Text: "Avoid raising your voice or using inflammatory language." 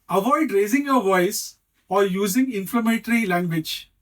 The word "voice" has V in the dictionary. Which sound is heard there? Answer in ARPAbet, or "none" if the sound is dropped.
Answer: V